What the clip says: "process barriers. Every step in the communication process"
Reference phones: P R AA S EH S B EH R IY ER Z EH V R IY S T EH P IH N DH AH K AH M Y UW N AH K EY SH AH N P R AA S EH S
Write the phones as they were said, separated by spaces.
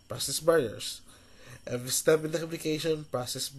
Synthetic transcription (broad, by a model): P R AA S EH S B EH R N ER S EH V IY S T EH P IH N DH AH K AH M Y UW N AH K EY SH AH N P R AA S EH S